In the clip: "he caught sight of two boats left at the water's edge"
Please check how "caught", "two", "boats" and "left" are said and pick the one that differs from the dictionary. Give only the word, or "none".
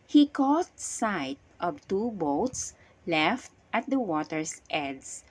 none